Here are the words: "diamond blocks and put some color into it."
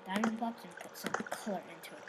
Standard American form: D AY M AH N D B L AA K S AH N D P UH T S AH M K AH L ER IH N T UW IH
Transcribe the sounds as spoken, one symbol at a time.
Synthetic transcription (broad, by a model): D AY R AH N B AA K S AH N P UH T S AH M K AH L ER IH N T UW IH